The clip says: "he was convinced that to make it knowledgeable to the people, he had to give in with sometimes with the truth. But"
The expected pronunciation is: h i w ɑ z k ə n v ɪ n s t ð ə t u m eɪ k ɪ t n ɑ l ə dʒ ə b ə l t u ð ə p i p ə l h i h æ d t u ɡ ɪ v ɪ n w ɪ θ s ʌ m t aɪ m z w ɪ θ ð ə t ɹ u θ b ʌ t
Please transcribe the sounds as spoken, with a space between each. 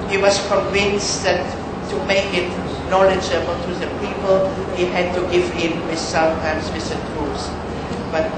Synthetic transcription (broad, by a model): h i w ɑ s k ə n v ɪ n s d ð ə t u m eɪ k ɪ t n ɑ l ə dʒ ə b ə t u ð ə p i p ə l h i h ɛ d t u ɡ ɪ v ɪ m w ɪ s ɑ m t aɪ m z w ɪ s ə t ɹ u s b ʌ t